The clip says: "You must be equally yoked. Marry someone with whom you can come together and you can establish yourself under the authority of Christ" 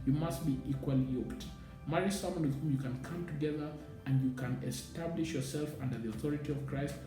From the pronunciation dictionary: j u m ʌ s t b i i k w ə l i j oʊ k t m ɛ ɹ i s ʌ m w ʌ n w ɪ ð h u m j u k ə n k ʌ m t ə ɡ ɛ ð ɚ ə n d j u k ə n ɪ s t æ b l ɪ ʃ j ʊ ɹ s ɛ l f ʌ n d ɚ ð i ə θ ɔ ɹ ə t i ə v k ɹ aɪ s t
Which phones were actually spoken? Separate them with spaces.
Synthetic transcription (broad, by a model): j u m ʌ s t b i i k w ə l i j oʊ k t m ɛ ɹ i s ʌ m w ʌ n w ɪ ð h u m j u k ə n k ʌ m t ə ɡ ɛ ð ɚ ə n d j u k ə n ɪ s t æ b l ɪ ʃ j ʊ ɹ s ɛ l f ʌ n d ɚ ð i ə θ ɔ ɹ ə t i ə v k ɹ aɪ s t